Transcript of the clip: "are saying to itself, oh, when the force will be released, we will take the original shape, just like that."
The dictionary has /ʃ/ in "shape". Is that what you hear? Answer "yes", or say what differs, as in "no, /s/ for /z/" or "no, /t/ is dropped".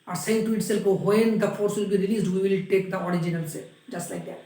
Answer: no, /s/ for /ʃ/